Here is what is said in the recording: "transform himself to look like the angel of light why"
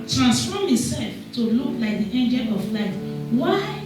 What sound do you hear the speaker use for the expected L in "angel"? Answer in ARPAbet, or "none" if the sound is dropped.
L